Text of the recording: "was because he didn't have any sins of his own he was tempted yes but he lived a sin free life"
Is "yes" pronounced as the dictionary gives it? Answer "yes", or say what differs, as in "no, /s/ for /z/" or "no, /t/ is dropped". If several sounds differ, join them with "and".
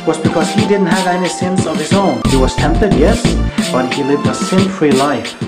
yes